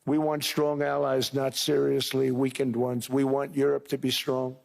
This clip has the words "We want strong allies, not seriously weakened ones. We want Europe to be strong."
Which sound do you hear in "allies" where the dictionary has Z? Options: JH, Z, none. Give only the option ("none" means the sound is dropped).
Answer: Z